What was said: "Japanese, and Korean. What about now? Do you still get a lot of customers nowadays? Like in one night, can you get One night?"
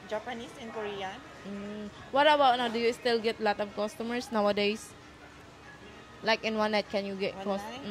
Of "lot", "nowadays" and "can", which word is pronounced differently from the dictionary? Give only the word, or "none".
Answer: nowadays